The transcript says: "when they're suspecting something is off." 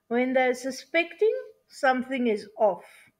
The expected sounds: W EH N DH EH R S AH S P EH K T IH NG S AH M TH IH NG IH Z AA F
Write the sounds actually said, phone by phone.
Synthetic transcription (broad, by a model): W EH N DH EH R S AH S P EH K T IH NG S AH M TH IH NG IH Z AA F